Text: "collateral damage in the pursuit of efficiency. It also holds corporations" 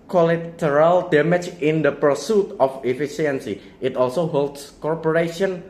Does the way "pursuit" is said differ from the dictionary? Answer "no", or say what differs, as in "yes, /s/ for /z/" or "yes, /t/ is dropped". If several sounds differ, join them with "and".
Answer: no